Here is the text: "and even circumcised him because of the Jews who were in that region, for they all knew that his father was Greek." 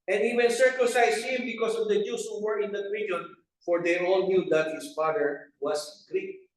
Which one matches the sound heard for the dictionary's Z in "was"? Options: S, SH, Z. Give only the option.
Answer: S